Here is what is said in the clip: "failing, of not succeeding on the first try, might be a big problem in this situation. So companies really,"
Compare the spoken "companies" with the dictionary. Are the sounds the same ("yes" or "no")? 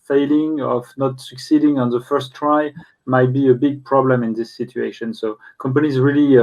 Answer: yes